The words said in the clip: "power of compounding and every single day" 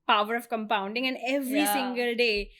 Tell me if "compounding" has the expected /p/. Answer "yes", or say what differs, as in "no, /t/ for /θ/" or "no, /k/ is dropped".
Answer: yes